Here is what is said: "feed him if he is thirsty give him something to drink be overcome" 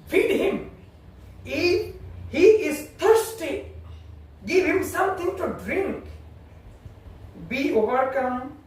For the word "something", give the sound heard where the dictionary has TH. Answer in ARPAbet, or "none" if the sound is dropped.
T